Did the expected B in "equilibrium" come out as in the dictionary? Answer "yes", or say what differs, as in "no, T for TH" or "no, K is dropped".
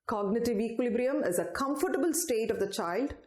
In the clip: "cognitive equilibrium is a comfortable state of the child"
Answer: yes